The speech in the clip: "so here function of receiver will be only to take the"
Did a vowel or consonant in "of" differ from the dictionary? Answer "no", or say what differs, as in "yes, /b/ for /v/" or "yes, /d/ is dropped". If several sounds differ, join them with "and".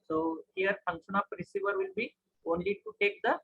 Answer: yes, /p/ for /v/